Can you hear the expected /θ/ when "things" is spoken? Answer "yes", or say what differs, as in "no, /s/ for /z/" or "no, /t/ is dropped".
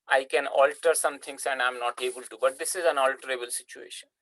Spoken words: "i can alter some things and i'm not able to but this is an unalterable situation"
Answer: no, /t/ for /θ/